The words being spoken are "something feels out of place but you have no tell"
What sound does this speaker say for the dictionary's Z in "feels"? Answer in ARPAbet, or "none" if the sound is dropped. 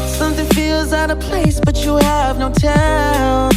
Z